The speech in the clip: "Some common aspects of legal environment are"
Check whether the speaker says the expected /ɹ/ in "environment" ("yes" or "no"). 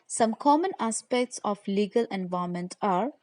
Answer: no